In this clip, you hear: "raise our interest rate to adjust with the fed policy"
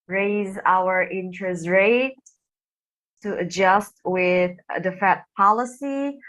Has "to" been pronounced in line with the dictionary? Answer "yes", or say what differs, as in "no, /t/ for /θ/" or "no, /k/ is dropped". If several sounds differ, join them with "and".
no, /s/ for /t/